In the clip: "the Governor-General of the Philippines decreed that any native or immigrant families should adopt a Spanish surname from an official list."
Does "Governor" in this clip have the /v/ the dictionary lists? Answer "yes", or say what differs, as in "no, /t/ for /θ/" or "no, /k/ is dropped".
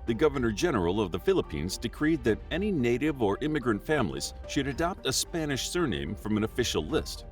yes